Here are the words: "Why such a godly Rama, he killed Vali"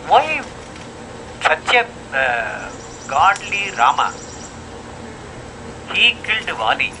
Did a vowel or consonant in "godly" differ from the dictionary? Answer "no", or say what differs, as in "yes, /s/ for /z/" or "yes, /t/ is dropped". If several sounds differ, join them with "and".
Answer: no